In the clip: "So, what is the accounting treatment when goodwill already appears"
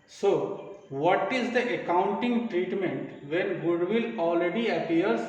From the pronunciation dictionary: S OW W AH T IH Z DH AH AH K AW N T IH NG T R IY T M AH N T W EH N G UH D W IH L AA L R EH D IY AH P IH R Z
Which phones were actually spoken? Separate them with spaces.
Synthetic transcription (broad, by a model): S OW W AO T IH Z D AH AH K AW N T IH NG T R IY T M AH N T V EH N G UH D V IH L AA L R EH D IY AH P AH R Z